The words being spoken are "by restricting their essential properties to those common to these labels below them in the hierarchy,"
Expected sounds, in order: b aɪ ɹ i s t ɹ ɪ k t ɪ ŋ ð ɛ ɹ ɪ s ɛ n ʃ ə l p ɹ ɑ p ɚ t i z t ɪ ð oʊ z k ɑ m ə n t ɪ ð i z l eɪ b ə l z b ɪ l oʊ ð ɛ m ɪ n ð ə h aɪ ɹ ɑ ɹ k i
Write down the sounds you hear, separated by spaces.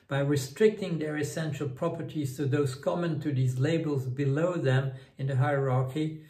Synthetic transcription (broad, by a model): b aɪ ɹ i s t ɹ ɪ k t ɪ ŋ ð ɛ ɹ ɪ s ɛ n ʃ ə l p ɹ ɑ p ɚ t i z t ɪ ð oʊ z k ɑ m ə n t ɪ ð i z l eɪ b ə l z b ɪ l oʊ ð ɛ m ɪ n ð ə h aɪ ɹ ɑ ɹ k i